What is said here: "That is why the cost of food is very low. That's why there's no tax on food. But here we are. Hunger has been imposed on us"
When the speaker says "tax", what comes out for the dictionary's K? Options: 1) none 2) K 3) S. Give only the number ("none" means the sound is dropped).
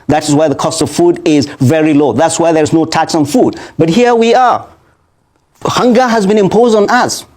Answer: 2